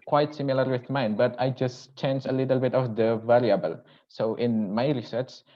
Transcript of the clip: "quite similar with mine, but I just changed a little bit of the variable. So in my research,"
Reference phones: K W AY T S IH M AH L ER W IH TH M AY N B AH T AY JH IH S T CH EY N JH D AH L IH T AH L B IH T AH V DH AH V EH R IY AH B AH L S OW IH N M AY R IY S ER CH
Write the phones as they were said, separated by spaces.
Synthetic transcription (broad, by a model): K W AY T S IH M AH L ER W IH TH M AY N B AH T AY JH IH S CH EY N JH AH L IH T AH L B IH T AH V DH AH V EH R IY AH B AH L S OW IH N M AY R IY S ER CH